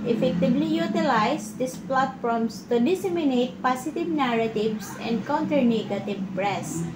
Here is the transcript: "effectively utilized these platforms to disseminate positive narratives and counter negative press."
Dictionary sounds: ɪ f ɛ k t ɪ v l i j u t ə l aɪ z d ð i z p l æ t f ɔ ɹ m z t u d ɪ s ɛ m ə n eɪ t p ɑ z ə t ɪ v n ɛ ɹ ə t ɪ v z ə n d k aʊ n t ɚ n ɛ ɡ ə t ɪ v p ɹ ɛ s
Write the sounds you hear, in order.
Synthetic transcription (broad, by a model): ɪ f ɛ k t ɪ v l i j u t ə l aɪ s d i s p l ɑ t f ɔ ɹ m s t u d ɪ s ɛ m ə n eɪ t p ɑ s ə t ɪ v n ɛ ɹ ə t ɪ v s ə n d k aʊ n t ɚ n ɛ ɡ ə t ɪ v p ɹ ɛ s